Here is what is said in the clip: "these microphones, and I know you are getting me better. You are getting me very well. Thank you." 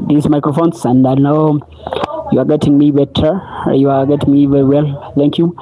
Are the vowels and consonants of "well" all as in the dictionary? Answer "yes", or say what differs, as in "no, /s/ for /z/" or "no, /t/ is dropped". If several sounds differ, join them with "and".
yes